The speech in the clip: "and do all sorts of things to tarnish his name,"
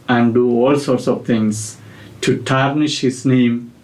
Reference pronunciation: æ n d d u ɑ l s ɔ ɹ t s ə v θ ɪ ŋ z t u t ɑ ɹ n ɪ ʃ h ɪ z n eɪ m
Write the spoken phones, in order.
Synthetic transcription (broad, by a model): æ n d d u ɑ l s ɔ ɹ t s ə v t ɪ ŋ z t u t ɑ ɹ n ɪ ʃ h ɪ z n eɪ m